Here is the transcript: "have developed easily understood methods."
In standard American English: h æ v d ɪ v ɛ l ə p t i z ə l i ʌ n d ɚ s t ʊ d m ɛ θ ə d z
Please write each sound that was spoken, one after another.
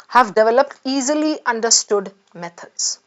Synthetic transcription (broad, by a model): h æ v d ɪ v ɛ l ə p t i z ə l i ʌ n d ɚ s t ʊ d m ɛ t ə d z